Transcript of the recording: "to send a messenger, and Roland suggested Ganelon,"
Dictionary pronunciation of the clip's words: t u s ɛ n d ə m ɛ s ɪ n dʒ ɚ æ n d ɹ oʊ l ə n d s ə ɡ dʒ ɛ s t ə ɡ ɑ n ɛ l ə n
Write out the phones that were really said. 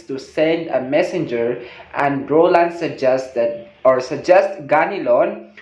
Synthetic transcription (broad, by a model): t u s ɛ n d ə m ɛ s ɪ n dʒ ɚ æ n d ɹ oʊ l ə n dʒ s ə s dʒ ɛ s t ɡ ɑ n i l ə n